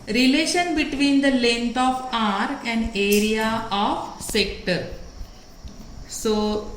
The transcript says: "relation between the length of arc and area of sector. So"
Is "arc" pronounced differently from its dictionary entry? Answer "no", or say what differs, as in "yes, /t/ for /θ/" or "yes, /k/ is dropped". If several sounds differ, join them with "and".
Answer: yes, /k/ is dropped